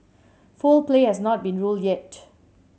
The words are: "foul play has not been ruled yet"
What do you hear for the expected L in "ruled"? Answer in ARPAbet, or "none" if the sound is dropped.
L